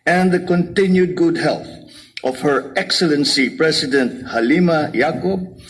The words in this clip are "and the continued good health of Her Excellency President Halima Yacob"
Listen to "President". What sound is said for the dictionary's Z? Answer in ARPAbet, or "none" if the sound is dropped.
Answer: S